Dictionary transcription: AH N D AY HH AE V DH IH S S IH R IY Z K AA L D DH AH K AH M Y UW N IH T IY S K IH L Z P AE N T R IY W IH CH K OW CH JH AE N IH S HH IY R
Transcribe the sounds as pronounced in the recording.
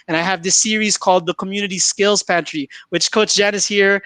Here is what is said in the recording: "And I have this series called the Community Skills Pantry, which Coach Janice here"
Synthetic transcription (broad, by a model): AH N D AY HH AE V DH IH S S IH R IY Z K AA L D DH AH K AH M Y UW N IH T IY S K IH L Z P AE N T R IY W IH CH K OW S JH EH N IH S HH IY R